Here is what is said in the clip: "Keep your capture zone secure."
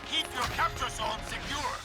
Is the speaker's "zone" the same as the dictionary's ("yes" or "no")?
no